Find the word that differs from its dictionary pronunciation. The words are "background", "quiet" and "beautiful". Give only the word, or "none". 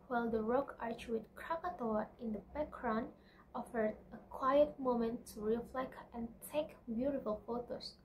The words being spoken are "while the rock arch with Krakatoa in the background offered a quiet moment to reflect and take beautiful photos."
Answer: background